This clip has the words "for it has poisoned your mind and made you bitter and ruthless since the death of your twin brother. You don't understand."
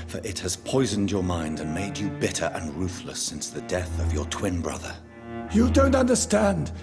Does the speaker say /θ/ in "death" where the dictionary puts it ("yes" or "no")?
yes